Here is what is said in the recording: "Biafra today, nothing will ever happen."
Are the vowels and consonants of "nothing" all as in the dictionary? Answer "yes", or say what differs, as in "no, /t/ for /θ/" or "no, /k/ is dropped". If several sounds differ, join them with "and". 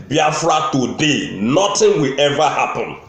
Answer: no, /t/ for /θ/